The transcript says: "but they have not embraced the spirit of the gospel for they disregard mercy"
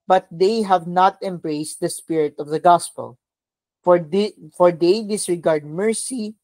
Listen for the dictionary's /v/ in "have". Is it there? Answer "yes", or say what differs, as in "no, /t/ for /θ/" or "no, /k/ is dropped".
yes